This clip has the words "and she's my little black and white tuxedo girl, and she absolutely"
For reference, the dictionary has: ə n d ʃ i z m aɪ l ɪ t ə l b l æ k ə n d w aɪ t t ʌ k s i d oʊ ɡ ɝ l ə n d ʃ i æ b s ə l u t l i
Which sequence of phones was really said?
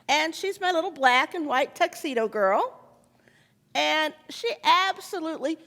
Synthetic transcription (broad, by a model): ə n ʃ i z m aɪ l ɪ t l b l æ k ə n w aɪ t t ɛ k s i d oʊ ɡ ɝ l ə n ʃ i æ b s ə l u t l i